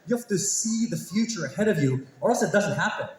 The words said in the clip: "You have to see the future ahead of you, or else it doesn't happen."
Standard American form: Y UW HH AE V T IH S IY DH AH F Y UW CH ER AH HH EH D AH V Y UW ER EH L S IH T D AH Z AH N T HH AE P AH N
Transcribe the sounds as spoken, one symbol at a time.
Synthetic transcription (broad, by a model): Y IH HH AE F T IH S IY DH AH F Y UW CH ER AH HH EH D AH V Y UW ER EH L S IH T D AH Z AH N T HH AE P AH N